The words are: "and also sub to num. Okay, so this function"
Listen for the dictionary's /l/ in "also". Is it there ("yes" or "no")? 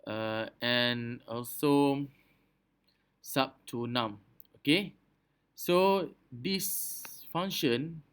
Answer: yes